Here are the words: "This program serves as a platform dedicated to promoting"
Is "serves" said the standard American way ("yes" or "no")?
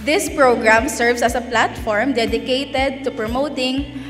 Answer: no